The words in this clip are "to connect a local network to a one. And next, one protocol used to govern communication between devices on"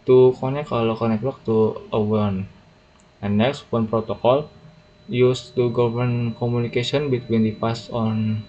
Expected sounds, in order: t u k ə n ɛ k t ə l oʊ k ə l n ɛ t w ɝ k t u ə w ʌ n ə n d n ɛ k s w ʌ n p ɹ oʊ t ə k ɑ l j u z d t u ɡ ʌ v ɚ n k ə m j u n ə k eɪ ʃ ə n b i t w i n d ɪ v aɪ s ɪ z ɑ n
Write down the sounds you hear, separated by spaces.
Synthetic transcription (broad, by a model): t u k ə n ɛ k ə l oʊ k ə n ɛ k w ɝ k t u ə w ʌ n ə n n ɛ k s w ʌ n p ɹ oʊ t ə k ɑ l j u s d t u ɡ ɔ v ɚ n k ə m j u n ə k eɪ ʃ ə n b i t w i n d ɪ p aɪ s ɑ n